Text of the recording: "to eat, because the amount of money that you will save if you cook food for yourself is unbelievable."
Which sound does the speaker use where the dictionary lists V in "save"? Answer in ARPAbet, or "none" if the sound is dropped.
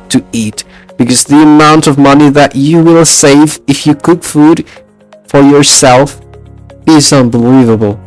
V